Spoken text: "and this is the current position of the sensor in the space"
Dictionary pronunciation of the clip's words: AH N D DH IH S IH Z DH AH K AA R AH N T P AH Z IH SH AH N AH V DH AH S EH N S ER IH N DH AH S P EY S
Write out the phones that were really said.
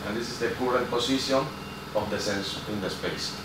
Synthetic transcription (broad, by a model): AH N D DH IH S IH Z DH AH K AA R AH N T P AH S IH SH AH N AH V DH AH S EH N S IH N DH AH S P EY S